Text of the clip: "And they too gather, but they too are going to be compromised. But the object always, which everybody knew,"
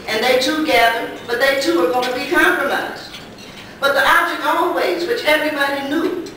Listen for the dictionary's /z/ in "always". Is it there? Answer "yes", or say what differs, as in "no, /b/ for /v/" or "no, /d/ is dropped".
yes